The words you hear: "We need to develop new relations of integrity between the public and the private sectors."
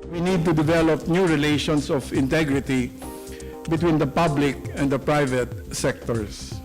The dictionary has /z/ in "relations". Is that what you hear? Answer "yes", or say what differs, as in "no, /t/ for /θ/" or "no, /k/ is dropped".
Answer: no, /s/ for /z/